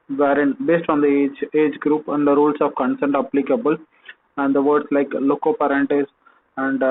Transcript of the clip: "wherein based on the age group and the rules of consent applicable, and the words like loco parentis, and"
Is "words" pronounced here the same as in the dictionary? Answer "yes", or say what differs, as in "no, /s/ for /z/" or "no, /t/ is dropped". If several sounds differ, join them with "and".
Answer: no, /s/ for /z/